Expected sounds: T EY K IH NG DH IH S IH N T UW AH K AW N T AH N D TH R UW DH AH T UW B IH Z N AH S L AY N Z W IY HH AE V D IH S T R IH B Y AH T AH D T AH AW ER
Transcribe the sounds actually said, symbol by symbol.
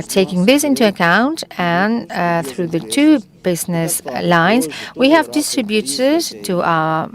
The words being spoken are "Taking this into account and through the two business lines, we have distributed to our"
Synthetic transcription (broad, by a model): T EY K IH NG DH IH S IH N T UW AH K AW N T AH N TH R UW DH AH T UW B IH Z N AH S L AY N Z W IY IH V D IH S T R IH B Y AH T AH D T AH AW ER